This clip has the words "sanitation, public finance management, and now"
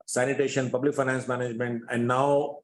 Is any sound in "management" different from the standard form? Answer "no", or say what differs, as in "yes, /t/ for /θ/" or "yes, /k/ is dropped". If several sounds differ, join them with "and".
no